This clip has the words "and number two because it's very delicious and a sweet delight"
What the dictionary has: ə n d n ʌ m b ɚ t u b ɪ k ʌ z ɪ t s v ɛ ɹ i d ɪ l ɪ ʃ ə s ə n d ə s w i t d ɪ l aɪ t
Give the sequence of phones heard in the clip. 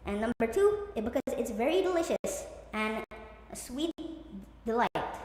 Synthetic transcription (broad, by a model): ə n n ʌ m b ɚ t u b ɪ k ʌ z ɪ t s v ɛ ɹ i d ɪ l ɪ ʃ ə s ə n ə s w i t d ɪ l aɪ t